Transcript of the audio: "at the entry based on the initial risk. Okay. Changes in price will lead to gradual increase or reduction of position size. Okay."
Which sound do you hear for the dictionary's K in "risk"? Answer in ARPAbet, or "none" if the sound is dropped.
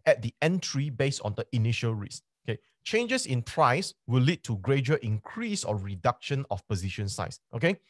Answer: none